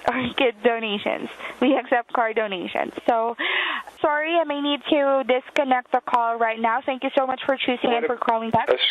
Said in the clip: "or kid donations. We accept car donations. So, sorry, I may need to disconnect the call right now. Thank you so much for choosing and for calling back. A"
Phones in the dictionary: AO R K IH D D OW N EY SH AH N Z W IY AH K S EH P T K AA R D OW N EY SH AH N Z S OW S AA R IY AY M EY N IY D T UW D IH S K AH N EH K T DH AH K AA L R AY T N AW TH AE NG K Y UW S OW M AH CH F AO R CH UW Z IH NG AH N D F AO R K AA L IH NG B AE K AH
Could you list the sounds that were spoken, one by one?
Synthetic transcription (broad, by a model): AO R K IH D D OW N EY SH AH N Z W IY AH K S EH P T K AA R D OW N EY SH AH N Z S OW S AA R IY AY M EY N IY D T UW D IH S K AH N EH K T DH AH K AA L R AY T N AW TH AE NG K Y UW S OW M AH CH F AO R CH UW S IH NG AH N F AO R K AA L IH NG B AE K